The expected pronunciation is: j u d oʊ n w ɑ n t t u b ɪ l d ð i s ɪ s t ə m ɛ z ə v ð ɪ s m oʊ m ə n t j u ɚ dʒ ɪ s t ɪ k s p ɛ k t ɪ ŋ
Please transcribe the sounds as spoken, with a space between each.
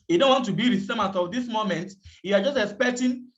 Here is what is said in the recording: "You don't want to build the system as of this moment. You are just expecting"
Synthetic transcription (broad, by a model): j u d oʊ n w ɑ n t t u b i d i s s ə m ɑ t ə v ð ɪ s m oʊ m ə n t j u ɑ dʒ ɪ s t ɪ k s p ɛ k t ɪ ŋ